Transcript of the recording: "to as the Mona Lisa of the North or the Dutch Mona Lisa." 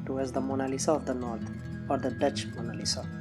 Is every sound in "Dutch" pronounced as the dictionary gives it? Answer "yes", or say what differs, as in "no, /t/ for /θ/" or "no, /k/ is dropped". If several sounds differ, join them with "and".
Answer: yes